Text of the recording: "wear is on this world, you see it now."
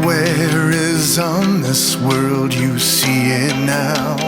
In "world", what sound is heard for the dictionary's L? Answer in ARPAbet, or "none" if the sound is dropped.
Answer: L